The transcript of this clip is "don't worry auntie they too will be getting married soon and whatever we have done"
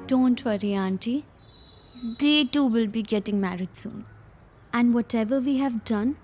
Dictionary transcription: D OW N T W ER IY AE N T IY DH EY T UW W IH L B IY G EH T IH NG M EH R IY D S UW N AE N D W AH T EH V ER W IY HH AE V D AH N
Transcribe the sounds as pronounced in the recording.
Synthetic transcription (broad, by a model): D OW N T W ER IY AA N T IY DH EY T UW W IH L B IY G EH T IH NG M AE R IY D S UW N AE N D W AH T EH V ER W IY HH AE V D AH N